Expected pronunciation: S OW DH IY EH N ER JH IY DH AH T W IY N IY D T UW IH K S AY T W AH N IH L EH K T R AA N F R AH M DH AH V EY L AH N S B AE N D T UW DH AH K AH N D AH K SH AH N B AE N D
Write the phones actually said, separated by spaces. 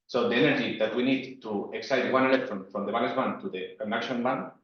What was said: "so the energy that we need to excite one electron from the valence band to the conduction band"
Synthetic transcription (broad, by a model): S OW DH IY EH N ER JH IY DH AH T W IY N IY D T UW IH K S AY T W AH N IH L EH T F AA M F R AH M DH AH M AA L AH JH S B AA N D T UW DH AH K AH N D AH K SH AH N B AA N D